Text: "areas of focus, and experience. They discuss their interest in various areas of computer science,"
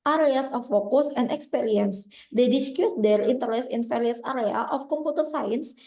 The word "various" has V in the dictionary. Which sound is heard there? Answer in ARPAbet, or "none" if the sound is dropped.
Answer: F